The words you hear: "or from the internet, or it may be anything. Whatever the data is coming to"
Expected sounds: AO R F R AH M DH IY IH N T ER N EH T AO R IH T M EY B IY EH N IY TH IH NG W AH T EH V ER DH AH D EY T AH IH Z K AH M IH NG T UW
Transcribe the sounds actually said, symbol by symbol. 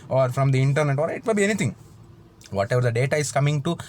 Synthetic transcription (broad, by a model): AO R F R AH M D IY IH N T ER N EH T AO R IH T M EY B IY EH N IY T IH NG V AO T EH V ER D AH D EY T AH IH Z K AH M IH NG T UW